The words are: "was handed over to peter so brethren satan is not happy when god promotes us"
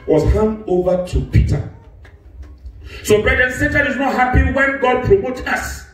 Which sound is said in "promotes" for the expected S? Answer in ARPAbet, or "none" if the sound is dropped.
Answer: none